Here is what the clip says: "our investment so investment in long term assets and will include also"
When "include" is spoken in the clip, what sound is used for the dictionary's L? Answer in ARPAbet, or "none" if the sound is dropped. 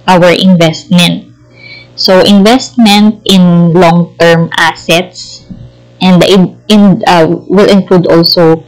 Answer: L